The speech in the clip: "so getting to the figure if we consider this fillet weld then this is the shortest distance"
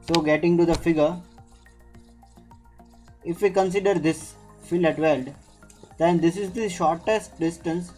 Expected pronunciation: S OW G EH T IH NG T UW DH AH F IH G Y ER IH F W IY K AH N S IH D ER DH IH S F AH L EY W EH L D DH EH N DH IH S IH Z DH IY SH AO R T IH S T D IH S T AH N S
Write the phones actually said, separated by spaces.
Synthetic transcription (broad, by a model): S OW G EH T IH NG T UW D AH F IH G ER IH F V IY K AH N S IH D ER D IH S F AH L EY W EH L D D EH N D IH S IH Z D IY SH AO R T IH S T D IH S T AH N S